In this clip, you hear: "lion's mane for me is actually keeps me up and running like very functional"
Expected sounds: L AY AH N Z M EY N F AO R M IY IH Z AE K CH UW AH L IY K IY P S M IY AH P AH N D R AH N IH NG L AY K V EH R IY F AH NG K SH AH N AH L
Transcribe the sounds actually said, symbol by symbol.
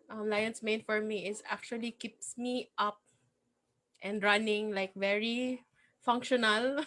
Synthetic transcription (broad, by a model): L AY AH N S M EY N F AO R M IY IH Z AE K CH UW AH L IY K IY P S M IY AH P AH N D R AH N IH NG L AY K V EH R IY F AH NG K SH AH N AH L